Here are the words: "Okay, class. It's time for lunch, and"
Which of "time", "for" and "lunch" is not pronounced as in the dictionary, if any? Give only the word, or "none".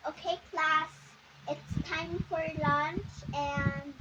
none